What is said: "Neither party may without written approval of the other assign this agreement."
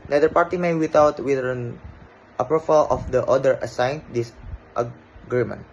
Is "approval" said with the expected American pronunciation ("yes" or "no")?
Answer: no